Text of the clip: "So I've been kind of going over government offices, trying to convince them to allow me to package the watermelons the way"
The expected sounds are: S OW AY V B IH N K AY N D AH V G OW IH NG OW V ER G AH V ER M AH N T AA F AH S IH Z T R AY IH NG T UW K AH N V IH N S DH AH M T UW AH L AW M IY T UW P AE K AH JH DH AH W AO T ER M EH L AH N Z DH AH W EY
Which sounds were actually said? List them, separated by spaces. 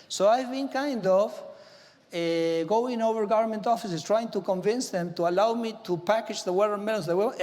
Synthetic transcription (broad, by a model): S OW AY V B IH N K AY N D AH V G OW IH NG OW V ER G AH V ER M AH N T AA F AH S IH S T R AY IH NG T UW K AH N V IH N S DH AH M T UW AH L AW M IY T UW P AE K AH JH DH AH W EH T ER M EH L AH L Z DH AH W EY